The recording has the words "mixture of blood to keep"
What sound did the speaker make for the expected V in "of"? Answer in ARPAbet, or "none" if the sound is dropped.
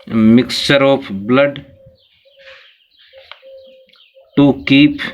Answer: P